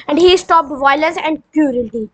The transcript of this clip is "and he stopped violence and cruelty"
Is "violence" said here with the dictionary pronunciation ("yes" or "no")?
no